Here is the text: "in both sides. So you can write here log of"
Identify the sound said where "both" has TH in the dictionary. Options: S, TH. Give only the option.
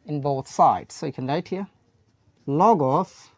TH